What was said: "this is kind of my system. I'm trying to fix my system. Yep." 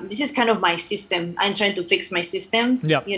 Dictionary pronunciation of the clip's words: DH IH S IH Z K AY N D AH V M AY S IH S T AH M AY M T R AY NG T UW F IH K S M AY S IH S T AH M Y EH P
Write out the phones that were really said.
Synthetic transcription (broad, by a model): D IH S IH S K AY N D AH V M AY S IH S T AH M AY M T R AY NG T UW F IH K S M AY S IH S T AH M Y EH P